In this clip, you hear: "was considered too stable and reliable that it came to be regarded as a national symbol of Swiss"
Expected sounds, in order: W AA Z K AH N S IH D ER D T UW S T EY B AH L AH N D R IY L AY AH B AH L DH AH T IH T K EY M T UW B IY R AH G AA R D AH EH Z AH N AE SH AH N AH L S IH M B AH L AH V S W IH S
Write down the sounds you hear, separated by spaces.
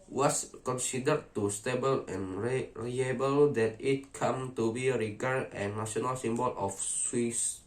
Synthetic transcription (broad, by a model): W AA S K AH N S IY D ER T UW S T EY B AH L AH N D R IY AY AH B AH L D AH T IH T K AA M T UW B IY R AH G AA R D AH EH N AH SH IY AH N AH L S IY M B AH L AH F S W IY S